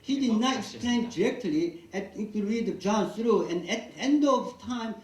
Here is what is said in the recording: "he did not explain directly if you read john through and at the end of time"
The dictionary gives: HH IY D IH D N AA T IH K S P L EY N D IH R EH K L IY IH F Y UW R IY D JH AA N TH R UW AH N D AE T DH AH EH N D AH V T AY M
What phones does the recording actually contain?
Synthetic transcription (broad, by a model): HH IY D IH D N AA T IH K S P L EY N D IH R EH K L IY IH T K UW R IY D JH AA N S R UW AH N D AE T EH N D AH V T AY M